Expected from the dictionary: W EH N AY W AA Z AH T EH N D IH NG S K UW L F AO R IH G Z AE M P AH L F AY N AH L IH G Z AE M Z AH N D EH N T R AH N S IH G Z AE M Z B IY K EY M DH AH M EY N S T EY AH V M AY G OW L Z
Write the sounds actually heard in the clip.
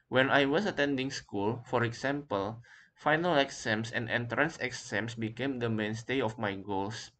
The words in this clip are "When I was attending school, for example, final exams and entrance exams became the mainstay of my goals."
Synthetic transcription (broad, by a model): W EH N AY W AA S AH T EH N D IH NG S K UW L F AO R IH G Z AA M P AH L F AY N AH L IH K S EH M S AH N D EH N T R AH N S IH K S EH M S B IY K EY M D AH M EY N S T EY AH F M AY G OW L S